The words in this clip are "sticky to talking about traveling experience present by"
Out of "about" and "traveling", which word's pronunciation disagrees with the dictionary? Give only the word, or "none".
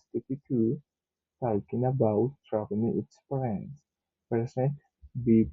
traveling